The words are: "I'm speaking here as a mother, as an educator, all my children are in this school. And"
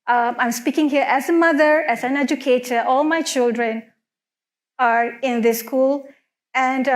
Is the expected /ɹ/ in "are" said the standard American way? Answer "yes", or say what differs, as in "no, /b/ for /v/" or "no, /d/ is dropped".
yes